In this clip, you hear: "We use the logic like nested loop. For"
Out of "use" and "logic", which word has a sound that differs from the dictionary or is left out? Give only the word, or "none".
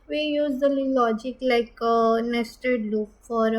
none